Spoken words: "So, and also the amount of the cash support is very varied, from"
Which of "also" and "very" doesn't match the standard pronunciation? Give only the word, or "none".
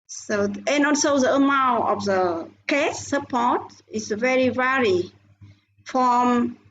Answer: also